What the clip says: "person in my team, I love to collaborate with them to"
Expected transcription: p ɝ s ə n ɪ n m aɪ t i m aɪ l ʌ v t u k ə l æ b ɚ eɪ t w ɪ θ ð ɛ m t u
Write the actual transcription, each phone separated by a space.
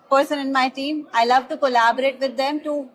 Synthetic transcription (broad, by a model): p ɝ s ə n ɪ n m aɪ t i m aɪ l ʌ v t u k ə l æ b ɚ eɪ t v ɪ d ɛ m t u